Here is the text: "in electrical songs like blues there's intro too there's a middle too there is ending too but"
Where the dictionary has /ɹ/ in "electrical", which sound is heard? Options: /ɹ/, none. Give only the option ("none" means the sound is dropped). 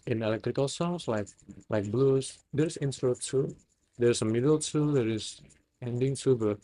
/ɹ/